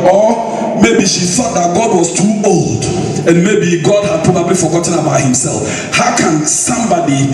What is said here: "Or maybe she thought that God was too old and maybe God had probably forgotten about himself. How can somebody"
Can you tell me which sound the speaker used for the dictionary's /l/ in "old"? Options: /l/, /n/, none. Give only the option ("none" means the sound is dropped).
/l/